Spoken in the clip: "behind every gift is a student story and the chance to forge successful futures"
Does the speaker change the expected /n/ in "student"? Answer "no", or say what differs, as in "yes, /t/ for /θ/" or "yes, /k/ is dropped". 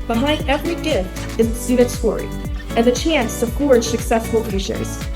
yes, /n/ is dropped